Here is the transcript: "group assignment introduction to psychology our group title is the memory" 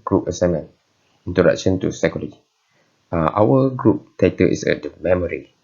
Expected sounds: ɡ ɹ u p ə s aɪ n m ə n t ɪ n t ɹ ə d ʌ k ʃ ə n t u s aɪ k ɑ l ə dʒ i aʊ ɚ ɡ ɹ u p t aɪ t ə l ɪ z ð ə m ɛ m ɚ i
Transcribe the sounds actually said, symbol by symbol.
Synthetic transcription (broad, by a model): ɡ ɹ u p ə s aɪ m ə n ɪ n t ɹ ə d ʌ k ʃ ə n t u s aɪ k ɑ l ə i aʊ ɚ ɡ ɹ u p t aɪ t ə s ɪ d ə m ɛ m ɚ i